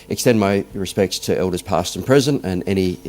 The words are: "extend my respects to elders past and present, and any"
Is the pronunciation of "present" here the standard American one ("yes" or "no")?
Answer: no